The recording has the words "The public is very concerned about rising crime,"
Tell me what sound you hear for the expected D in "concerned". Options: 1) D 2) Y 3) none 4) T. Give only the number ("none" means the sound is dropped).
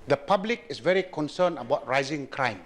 3